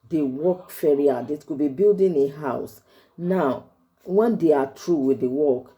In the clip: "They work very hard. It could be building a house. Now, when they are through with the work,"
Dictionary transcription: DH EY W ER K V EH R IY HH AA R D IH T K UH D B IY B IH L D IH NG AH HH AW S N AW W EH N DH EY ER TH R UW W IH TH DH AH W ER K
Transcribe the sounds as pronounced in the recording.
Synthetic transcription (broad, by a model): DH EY W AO K F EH R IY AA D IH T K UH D B IY B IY L D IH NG AH HH AW S N AW W EH N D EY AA T R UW W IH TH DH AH W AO K